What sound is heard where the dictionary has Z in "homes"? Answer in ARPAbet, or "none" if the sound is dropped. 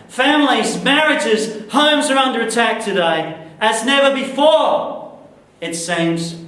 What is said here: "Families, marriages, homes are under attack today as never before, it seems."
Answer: Z